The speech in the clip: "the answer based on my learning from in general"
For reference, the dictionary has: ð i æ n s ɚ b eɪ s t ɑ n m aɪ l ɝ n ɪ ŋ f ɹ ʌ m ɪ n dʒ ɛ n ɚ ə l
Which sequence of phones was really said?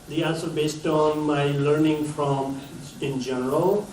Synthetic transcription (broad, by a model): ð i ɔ l s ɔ b eɪ s t ɑ n m aɪ l ɝ n ɪ ŋ f ɹ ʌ m ɪ n dʒ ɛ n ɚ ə l